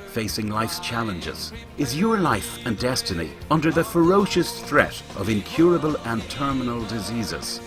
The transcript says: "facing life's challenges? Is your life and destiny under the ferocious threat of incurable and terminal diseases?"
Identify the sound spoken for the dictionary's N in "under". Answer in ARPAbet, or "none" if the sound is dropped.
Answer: N